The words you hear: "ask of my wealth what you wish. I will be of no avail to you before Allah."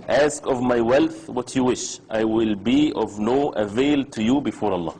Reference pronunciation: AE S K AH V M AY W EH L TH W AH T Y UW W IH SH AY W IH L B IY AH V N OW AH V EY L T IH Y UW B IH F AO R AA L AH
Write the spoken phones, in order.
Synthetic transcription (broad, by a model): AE S K AH V M AY W EH L TH W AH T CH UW W IH SH AY W IH L B IY AH V N OW AH V EY L T IH Y UW B IH F AO R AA L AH